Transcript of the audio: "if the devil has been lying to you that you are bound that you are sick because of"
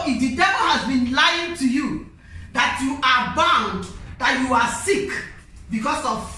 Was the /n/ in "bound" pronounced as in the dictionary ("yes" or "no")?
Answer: yes